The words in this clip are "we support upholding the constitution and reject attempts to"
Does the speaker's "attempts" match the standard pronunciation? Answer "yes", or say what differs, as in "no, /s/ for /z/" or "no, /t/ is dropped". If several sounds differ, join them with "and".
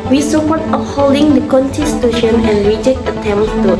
no, /p/ is dropped